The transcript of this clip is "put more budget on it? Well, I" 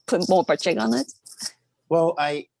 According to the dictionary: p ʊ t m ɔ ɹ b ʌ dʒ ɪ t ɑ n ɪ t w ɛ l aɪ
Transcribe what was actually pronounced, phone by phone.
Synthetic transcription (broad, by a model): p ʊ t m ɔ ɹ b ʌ tʃ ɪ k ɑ n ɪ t w ɛ l aɪ